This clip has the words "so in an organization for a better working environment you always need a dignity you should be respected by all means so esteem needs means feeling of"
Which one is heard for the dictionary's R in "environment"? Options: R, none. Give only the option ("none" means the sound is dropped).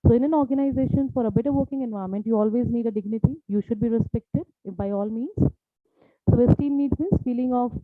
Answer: none